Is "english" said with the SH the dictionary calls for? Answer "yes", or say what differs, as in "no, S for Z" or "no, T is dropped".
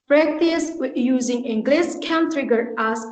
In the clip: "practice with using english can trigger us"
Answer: no, S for SH